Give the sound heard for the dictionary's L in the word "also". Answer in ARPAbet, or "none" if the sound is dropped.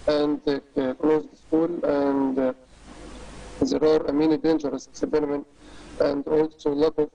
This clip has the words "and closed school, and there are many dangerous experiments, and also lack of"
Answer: L